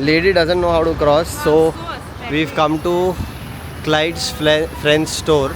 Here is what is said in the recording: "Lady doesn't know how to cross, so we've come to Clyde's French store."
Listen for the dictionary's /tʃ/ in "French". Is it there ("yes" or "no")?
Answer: no